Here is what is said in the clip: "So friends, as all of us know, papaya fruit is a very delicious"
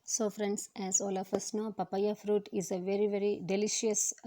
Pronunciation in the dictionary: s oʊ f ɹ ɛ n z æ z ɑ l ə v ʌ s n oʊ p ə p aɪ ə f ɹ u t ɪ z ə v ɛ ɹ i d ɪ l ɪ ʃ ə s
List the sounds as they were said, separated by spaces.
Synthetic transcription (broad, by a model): s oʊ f ɹ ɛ n s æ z ɑ l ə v ʌ s n oʊ p ə p aɪ ə f ɹ u t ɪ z ə v ɛ ɹ i d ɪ l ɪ ʃ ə s